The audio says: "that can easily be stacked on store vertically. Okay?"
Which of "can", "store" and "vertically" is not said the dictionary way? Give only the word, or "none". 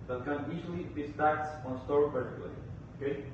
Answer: vertically